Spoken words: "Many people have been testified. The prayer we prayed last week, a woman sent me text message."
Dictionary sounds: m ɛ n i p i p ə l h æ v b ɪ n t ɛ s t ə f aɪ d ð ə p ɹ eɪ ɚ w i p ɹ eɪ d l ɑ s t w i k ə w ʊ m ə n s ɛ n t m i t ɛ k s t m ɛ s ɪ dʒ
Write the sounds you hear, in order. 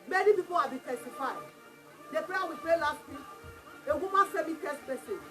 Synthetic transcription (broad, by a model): m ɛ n i p i p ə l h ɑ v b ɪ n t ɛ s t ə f aɪ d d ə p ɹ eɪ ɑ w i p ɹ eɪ l ɑ s t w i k ə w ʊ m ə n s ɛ m i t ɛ s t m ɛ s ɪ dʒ